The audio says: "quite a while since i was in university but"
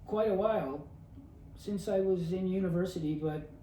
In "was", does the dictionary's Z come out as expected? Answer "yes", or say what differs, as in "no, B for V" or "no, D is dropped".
yes